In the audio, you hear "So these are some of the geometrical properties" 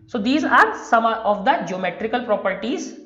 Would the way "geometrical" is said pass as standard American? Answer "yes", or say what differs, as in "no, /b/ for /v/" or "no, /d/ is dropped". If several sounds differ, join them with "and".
yes